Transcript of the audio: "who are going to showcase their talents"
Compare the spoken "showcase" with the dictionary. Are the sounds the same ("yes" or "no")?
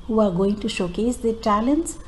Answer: yes